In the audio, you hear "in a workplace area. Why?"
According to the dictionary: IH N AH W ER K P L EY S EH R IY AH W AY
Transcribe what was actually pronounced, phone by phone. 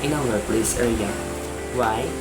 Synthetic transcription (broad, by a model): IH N AH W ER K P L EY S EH L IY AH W AY